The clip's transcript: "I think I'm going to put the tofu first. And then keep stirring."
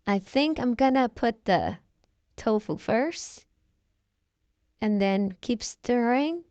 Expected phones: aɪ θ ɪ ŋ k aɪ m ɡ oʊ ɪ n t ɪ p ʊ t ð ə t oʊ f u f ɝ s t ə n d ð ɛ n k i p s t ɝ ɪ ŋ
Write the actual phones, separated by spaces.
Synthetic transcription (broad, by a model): aɪ θ ɪ ŋ k aɪ m ɡ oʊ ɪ n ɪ p ʊ t ð ə t oʊ f u f ɝ s t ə n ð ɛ n k i p s t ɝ ɪ ŋ